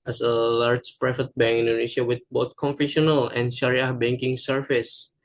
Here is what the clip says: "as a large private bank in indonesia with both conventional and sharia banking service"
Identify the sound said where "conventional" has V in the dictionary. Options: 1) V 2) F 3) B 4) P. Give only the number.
2